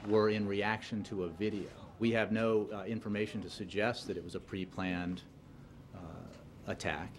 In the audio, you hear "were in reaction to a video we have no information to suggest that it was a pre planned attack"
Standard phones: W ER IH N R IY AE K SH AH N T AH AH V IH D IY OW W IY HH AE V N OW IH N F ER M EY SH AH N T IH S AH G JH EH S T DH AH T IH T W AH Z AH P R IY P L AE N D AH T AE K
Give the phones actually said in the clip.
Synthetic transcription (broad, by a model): W ER IH N R IY AE K SH AH N T AH AH V IH D IY OW W IY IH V N OW IH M F ER M EY SH N T IH S AH G JH EH S T DH AH T IH T W AH Z AH P R IY P L AE N D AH T AE K